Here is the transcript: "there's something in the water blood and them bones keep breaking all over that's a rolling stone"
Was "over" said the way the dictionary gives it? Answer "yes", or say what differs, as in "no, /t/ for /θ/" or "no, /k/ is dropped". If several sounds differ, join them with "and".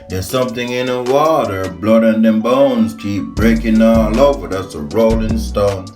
yes